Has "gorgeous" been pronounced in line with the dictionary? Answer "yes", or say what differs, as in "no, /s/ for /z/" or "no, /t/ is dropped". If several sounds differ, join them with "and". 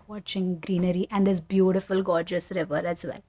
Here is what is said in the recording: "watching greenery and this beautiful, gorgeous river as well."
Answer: yes